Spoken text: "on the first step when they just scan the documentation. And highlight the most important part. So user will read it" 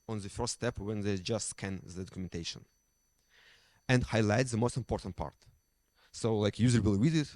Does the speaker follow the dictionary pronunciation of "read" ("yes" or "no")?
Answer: no